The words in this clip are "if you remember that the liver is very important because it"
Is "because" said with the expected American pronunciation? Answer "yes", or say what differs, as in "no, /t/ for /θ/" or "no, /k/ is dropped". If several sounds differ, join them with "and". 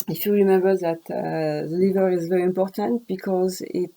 yes